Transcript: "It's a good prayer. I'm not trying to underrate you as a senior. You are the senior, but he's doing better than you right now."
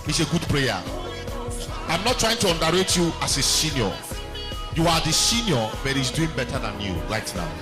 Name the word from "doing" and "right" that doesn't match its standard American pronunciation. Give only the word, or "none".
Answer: right